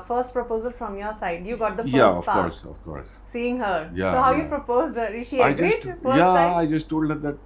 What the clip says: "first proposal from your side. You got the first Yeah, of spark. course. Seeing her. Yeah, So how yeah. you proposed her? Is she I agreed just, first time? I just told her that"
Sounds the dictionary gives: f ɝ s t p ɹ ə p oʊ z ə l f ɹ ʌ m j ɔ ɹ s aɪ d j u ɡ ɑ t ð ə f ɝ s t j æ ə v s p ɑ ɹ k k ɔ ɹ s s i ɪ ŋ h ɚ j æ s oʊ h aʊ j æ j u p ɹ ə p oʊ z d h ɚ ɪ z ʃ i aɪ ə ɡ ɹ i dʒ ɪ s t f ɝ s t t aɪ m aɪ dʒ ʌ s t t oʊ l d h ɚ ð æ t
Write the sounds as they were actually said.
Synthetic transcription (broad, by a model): f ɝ s t p ɹ ə p oʊ z ə l f ɹ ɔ m j ɔ ɹ s aɪ d j u ɡ ɑ t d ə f j æ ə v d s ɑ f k k ɔ ɹ s s i ɪ ŋ h ɚ j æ s oʊ h aʊ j j u p ɹ ə p oʊ z d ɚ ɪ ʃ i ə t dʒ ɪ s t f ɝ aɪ aɪ dʒ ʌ s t t oʊ l d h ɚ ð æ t